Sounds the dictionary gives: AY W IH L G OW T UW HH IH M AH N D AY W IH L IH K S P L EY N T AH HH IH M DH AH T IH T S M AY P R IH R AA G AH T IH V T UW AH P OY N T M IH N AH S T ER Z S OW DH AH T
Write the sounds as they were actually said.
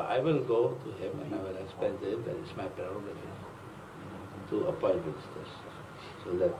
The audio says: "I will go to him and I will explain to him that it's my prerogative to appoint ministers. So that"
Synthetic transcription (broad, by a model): AY W IH L G OW T UW HH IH M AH N AY W IH L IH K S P EY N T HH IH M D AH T IH T S M AY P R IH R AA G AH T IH T UW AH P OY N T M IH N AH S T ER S S OW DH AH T